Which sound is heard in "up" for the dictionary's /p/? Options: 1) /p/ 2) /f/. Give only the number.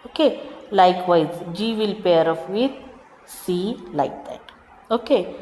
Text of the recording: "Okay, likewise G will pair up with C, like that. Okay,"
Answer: 2